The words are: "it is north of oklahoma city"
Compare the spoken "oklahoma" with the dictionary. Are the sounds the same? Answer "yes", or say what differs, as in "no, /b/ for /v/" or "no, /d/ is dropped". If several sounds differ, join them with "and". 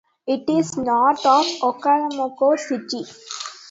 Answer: no, /l/ is dropped